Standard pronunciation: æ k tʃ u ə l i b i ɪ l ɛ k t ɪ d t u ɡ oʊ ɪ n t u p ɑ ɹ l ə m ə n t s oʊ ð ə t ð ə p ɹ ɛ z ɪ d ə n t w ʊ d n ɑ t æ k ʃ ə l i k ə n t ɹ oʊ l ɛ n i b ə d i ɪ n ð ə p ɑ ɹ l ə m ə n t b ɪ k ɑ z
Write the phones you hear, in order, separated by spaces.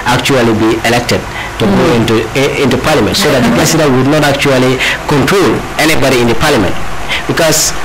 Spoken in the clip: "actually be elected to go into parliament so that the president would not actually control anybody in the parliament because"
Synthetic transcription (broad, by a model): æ k tʃ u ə l i b i ɪ l ɛ k t ɪ d t u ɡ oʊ ɪ n t u p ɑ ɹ l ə m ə n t s oʊ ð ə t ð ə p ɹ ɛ s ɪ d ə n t w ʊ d n ɑ t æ k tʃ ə l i k ə n t ɹ oʊ l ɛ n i b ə d i ɪ n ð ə p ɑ ɹ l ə m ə n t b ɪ k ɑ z